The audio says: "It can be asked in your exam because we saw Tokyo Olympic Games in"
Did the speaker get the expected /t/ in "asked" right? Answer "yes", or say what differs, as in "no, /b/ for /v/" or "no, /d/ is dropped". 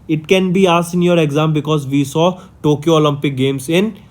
no, /t/ is dropped